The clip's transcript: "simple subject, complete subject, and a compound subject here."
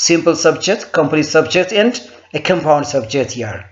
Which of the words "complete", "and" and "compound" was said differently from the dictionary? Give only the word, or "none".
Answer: complete